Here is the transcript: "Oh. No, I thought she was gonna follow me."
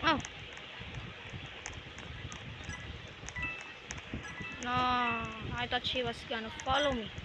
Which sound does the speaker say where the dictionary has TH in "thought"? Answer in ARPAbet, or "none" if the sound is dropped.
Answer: T